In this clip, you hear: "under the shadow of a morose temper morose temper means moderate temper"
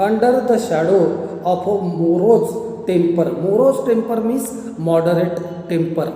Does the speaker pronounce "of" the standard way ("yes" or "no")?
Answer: no